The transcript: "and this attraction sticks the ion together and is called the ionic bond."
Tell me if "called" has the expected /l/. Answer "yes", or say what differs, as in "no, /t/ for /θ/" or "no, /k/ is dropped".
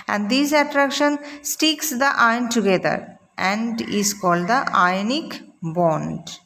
yes